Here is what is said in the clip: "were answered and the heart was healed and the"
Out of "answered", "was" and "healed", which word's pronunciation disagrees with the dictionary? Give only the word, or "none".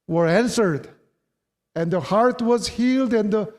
none